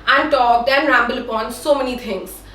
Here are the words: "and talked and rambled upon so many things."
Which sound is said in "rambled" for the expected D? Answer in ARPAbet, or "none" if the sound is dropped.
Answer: none